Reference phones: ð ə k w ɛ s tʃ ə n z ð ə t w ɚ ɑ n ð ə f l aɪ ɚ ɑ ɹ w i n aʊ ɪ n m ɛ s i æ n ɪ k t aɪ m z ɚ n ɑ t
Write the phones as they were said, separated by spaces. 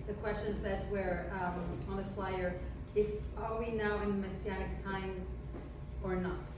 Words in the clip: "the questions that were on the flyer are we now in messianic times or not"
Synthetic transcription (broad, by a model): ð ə k w ɛ s tʃ ə n z ð ə t w ɚ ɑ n ð ə f l aɪ ɚ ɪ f w i n aʊ ɪ n m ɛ s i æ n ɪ k t aɪ m z ɚ n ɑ t